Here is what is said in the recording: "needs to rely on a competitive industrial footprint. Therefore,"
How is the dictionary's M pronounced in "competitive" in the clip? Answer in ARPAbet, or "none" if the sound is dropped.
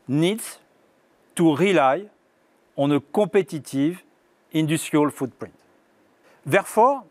none